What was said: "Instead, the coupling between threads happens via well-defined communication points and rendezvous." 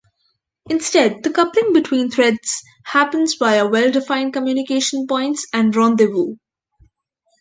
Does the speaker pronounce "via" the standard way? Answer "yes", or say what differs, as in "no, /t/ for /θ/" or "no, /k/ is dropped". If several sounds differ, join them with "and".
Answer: no, /b/ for /v/